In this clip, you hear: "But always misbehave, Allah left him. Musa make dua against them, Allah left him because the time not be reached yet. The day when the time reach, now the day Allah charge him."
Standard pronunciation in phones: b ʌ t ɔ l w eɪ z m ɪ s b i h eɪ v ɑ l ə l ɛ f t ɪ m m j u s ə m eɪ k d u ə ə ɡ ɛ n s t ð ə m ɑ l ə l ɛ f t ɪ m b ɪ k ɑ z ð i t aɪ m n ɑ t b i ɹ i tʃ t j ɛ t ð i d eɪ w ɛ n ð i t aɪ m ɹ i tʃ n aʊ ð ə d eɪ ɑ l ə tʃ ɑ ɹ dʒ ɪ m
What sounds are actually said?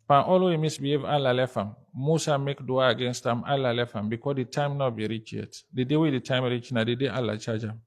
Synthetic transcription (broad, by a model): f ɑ t ɔ l w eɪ m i s b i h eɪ v ɑ l ə l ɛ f ɪ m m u s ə m eɪ k d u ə ə ɡ ɛ n s t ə m ɑ l ə l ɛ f ɪ m b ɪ k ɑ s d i t aɪ m n ɑ t b i ɹ i tʃ j ɛ t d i d eɪ w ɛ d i t aɪ m ɹ i tʃ n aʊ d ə d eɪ ɑ l ə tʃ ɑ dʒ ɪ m